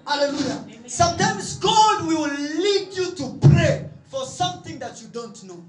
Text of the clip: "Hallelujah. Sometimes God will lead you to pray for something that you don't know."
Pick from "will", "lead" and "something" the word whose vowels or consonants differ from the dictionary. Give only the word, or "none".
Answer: will